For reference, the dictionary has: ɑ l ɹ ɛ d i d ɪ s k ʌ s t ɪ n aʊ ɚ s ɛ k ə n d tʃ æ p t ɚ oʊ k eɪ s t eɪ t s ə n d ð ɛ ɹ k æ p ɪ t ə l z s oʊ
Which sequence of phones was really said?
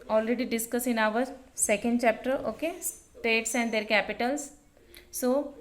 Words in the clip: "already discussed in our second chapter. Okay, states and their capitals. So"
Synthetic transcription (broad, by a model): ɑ l ɹ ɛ d i d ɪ s k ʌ s ɪ n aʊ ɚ s ɛ k ə n d tʃ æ p t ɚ oʊ k eɪ s t eɪ t s ə n d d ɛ ɹ k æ p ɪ t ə l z s oʊ